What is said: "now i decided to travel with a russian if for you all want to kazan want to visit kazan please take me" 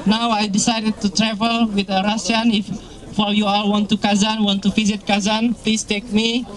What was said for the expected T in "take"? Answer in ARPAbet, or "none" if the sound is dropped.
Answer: T